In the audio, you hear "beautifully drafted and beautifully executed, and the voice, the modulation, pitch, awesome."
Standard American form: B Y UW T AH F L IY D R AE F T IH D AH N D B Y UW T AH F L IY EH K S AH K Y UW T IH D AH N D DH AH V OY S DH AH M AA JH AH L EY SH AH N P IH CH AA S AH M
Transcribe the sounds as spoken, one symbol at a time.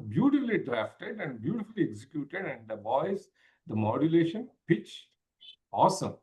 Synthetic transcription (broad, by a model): B Y UW T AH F L IY D R AE F T IH D AH N D B Y UW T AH F L IY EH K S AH K Y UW T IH D AH N D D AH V OY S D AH M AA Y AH L EY SH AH N P IH CH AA S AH M